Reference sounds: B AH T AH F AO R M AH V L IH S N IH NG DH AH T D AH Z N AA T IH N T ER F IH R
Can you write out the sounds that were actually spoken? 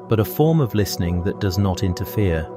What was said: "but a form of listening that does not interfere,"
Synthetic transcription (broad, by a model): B AH T AH F AO R M AH V L IH S N IH NG DH AH T D AH Z N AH T IH N T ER F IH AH